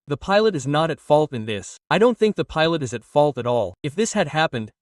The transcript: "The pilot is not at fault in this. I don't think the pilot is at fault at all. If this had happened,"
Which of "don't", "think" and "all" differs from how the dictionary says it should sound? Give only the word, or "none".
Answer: none